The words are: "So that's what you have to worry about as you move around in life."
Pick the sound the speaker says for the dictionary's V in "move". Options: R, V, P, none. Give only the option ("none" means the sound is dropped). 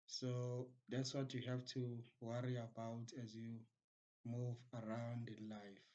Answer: V